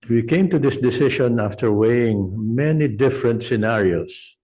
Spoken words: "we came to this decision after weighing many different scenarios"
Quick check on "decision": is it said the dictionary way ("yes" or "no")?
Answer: no